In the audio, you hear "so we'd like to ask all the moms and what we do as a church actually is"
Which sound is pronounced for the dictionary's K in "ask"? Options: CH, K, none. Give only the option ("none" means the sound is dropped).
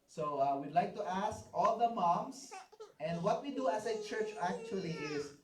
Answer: K